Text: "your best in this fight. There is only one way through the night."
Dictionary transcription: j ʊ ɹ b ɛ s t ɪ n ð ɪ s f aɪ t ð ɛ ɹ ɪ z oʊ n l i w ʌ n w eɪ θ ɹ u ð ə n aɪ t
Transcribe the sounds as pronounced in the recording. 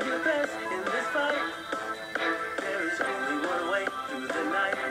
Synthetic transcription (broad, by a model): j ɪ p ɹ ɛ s ɪ n ð ɪ s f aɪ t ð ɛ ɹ ɪ z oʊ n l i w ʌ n w eɪ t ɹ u ð ə n aɪ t